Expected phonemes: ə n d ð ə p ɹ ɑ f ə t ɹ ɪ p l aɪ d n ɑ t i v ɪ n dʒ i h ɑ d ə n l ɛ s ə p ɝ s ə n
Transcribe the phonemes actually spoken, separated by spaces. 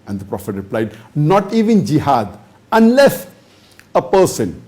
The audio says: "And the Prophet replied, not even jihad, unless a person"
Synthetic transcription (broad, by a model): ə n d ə p ɹ ɑ f ə t ɹ ɪ p l aɪ d n ɑ t i v ɪ n dʒ i h ɑ d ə n l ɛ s ə p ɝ s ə n